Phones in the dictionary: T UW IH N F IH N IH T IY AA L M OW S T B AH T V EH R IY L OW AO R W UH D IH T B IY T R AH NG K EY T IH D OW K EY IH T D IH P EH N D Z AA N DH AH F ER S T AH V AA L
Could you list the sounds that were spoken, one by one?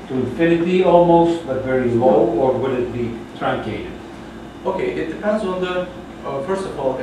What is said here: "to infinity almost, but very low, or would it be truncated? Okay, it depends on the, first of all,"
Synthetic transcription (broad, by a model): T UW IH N F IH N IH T IY AA L M OW S T B AH T V EH R IY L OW AO R W UH D IH T B IY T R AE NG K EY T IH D OW K EY IH T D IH P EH N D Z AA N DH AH F ER S T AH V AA L